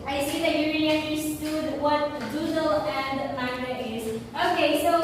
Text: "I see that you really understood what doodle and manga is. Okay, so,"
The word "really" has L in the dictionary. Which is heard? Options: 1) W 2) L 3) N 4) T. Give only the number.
3